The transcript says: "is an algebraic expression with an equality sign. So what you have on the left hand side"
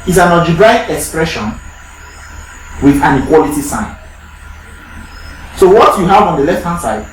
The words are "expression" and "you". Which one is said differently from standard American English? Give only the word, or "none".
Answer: none